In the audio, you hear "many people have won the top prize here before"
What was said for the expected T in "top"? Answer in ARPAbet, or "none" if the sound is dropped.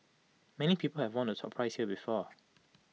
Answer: S